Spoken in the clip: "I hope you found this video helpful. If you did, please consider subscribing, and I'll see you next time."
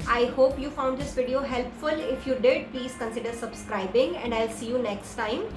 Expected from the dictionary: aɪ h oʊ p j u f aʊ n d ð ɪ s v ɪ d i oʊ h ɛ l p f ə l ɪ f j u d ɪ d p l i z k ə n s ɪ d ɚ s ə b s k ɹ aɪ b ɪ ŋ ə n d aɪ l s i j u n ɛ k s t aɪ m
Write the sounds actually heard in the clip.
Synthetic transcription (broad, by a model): aɪ h oʊ p j u f aʊ n d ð ɪ s v ɪ d i oʊ h ɛ l p f ə l ɪ f j u d ɪ d p l i z k ə n s ɪ d ɚ s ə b s k ɹ aɪ b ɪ ŋ ə n d aɪ l s i j u n ɛ k s t aɪ m